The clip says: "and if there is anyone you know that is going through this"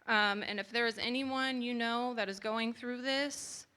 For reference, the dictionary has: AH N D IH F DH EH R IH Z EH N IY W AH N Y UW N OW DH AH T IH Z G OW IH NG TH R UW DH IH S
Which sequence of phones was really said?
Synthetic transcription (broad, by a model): AH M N IH F DH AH R IH Z EH N IY W AH N Y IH N OW DH AH T IH Z G OW IH NG TH R UW DH IH S